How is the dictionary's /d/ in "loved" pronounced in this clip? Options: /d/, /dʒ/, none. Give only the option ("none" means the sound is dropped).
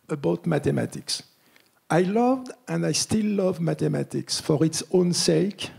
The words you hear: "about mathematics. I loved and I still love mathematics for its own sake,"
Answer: /d/